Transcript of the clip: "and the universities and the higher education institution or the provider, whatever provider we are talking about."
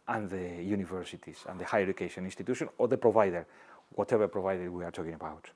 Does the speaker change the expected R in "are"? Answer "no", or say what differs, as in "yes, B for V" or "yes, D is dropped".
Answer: no